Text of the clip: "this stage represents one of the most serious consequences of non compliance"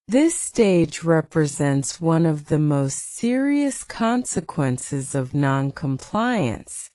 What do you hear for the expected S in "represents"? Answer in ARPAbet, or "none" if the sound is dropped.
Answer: S